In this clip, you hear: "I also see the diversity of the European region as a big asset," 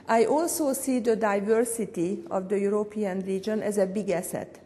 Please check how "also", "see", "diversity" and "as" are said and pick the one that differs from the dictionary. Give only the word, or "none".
none